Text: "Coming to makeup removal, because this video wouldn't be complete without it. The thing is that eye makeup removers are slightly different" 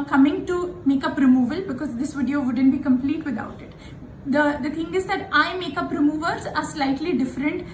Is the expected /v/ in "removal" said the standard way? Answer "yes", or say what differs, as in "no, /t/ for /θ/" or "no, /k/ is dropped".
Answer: yes